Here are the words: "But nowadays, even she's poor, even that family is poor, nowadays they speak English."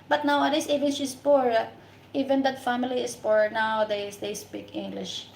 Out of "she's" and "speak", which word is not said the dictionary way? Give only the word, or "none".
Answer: she's